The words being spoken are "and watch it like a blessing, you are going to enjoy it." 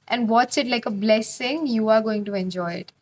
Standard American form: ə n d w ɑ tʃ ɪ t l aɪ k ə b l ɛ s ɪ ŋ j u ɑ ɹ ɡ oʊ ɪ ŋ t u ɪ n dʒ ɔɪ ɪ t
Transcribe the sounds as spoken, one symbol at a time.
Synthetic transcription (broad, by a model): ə n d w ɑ s ɪ t l aɪ k ə b l ɛ s ɪ ŋ j u ɑ ɹ ɡ oʊ ɪ ŋ t u ɪ n dʒ ɔɪ ɪ t